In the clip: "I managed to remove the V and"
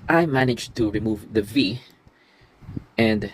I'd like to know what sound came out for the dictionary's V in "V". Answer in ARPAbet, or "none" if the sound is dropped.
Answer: V